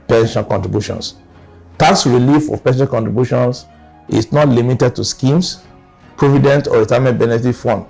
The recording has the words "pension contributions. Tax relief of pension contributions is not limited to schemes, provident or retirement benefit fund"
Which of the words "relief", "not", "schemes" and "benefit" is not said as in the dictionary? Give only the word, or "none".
schemes